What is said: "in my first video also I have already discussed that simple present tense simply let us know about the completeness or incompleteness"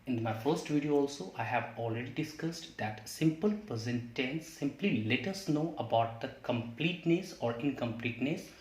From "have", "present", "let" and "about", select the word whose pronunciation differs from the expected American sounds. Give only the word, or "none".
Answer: present